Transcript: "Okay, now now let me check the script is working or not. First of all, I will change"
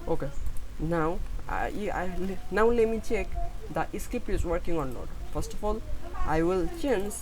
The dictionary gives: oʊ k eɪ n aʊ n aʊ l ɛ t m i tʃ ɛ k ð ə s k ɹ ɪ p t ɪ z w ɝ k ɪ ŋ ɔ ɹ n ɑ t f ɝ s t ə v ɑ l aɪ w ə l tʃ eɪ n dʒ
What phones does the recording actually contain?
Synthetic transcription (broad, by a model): oʊ k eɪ n aʊ n aʊ l ɛ t m i tʃ ɛ k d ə s k ɪ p ɪ z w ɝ k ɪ ŋ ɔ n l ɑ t f ɝ s t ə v ɑ l aɪ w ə l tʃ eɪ n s